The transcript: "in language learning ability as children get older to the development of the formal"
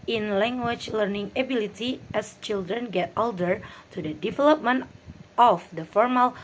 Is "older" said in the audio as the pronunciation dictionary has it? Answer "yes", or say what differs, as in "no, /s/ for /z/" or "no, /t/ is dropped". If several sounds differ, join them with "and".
yes